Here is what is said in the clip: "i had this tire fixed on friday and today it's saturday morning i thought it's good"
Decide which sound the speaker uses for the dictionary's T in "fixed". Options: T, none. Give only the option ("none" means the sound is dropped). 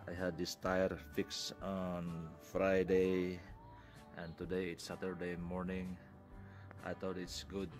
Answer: none